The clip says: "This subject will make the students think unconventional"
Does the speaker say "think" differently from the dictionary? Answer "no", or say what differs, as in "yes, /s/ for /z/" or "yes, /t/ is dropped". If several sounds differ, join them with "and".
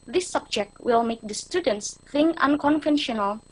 yes, /k/ is dropped